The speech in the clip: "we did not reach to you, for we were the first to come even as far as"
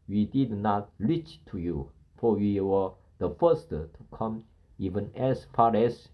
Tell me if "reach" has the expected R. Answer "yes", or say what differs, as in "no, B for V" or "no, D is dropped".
no, L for R